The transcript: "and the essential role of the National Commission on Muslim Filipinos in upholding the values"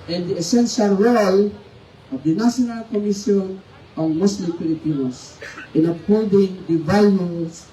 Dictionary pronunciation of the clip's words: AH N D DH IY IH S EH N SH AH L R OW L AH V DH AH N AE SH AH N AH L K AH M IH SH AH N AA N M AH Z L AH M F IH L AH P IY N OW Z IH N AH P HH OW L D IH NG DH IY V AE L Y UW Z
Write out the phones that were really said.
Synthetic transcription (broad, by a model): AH N D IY IH S EH N SH AH L R OW L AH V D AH N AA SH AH N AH L K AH M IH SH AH N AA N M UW S L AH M P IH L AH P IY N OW S IH N AH P HH OW L D IH NG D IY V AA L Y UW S